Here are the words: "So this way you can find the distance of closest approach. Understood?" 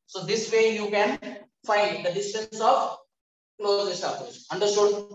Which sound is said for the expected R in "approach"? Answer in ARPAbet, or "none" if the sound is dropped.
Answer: none